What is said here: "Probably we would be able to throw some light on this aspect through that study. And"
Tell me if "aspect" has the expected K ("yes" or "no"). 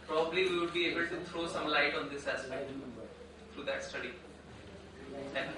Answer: no